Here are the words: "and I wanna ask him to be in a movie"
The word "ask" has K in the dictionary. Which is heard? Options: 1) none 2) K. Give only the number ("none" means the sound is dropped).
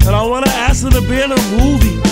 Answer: 1